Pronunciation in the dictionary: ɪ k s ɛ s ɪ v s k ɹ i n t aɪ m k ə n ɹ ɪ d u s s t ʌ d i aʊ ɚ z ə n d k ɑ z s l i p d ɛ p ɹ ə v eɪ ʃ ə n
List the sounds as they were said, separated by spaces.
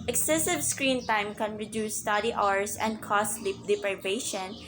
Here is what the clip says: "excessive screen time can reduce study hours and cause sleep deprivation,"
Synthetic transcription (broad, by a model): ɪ k s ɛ s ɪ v s k ɹ i n t aɪ m k ə n ɹ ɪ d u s s t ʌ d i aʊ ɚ s ə n d k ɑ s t l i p d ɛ p ɹ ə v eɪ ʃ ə n